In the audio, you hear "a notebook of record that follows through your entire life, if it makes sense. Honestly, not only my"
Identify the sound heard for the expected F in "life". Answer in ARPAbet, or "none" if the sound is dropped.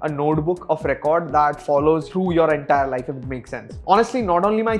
none